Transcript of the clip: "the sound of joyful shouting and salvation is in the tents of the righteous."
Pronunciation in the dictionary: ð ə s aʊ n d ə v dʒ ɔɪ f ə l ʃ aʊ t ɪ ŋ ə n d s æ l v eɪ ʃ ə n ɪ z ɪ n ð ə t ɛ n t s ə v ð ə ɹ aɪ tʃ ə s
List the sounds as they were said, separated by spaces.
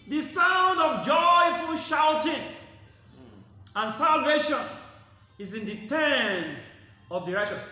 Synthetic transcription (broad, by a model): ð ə s aʊ n d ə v dʒ ɔɪ f ə l ʃ aʊ t ɪ ŋ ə n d s æ l v eɪ ʃ ə n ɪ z ɪ n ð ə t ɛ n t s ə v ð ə ɹ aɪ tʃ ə s